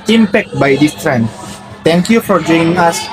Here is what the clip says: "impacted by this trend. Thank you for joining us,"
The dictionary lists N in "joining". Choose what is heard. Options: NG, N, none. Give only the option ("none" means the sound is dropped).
none